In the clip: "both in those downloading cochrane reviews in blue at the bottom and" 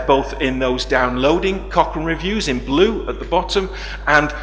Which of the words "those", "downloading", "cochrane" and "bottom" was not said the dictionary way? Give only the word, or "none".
cochrane